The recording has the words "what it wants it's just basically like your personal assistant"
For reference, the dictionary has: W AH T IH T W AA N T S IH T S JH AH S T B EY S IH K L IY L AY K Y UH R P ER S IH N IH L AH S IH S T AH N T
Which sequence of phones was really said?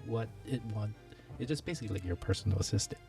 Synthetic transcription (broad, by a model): W AH T IH T W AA N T IH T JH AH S B EY S IH K L IY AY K Y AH R P ER S N L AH S IH S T T